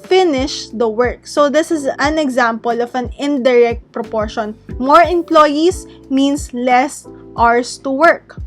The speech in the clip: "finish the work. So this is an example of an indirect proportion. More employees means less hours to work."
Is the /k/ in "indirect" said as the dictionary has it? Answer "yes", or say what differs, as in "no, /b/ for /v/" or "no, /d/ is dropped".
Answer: yes